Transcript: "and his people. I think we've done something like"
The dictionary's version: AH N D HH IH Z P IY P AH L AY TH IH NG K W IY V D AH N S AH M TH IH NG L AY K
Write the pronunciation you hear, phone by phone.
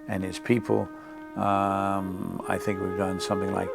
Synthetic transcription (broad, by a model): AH N IH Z P IY P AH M AY TH IH NG K W IY V D AH N S AH M TH IH NG L AY K